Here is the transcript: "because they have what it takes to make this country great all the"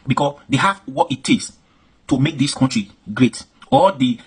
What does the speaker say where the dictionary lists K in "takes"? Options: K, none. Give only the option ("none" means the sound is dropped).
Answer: none